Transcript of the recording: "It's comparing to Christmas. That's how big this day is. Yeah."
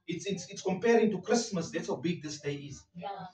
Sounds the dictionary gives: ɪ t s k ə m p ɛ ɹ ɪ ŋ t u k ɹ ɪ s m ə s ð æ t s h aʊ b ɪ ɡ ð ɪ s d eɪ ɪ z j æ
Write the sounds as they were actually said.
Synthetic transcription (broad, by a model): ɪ t s k ə m p ɛ ɹ ɪ ŋ t u k ɹ ɪ s m ə s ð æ t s h aʊ b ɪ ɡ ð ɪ s d eɪ ɪ z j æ